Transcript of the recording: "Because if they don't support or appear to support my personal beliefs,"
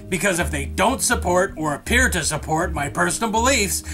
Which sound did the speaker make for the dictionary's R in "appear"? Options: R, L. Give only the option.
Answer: R